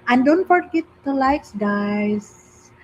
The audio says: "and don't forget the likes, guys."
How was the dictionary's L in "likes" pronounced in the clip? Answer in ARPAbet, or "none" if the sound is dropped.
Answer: L